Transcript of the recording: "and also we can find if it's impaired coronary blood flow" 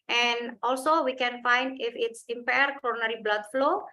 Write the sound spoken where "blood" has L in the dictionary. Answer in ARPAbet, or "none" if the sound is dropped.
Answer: L